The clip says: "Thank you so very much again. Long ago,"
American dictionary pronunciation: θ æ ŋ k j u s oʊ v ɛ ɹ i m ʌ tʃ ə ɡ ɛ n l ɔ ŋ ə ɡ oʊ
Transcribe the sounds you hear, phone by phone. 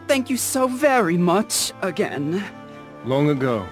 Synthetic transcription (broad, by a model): θ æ ŋ k j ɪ s oʊ v ɛ ɹ i m ʌ tʃ ə ɡ ɛ n l ɔ ŋ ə ɡ oʊ